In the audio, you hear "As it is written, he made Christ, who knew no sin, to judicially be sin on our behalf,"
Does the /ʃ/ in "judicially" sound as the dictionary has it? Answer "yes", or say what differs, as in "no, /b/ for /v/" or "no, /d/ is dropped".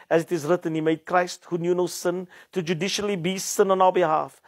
yes